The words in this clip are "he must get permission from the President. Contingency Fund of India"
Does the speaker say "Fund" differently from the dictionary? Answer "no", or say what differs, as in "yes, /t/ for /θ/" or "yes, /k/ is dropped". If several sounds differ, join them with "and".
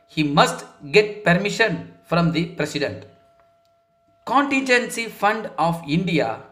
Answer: no